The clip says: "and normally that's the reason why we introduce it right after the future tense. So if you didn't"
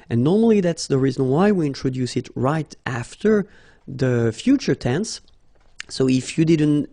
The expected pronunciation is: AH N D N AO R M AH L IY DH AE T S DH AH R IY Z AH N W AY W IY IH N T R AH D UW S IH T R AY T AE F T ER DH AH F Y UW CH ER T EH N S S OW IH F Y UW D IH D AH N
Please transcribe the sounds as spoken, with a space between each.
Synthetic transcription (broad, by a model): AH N N AO R M AH L IY DH AE T S DH AH R IY Z AH N W AY W IY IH N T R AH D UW S IH T R AY T AE F T ER DH AH F Y UW CH ER T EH N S S OW IH F Y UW D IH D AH N